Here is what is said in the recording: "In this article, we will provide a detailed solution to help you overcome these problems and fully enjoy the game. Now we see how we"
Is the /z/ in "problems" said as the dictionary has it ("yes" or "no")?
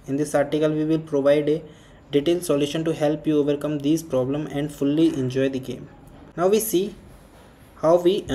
no